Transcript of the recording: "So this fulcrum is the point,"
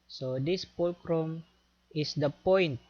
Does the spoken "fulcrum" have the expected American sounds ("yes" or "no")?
no